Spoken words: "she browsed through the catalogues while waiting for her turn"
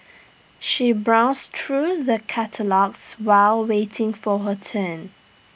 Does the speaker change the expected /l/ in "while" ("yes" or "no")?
no